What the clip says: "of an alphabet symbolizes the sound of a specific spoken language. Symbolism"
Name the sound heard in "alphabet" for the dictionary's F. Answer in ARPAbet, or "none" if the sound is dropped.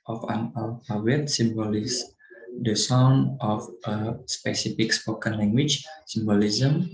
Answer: none